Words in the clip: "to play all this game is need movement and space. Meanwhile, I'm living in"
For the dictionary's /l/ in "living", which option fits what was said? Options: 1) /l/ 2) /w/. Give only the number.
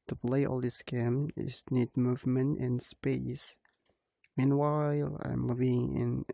1